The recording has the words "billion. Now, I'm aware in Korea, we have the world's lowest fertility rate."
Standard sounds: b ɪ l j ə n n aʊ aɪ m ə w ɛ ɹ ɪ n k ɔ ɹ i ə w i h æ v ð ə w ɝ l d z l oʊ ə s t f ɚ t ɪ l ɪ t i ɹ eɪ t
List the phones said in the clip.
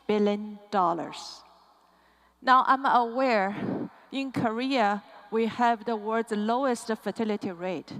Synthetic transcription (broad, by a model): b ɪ l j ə n n aʊ aɪ m ə w ɛ ɹ ɪ n k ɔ ɹ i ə w i h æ v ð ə w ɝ d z l oʊ ə s t f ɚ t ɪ l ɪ t i ɹ eɪ t